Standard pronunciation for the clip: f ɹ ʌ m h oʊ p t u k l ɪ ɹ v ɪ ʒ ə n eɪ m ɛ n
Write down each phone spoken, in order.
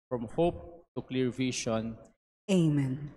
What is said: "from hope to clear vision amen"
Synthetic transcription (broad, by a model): f ɹ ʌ m h oʊ p t u k l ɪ ɹ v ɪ ʃ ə n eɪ m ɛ n